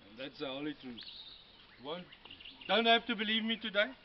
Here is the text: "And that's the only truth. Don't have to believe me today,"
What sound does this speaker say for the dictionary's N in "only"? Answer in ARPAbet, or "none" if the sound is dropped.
none